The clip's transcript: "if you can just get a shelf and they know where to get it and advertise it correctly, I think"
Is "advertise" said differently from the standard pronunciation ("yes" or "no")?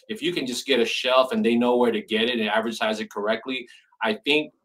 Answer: no